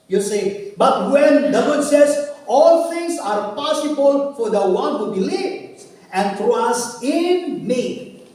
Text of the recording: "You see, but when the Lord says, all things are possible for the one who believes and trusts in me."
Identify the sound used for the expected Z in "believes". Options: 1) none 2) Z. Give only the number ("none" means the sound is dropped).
1